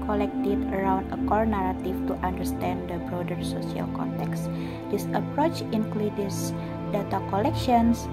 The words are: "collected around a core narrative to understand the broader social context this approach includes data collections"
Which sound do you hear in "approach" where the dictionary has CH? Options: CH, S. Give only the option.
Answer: CH